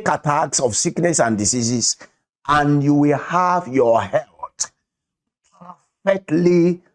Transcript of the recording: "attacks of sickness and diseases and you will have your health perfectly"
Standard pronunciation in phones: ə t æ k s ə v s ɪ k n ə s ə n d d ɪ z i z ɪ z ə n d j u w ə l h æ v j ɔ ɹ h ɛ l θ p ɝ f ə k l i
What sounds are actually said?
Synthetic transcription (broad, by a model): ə t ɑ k s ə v s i k n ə s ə n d d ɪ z i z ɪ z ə n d j u w ə l h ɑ v j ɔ h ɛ l t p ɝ f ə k l i